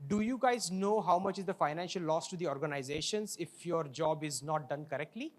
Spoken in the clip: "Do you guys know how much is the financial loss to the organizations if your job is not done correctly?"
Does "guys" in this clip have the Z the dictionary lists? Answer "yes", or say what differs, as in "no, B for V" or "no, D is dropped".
yes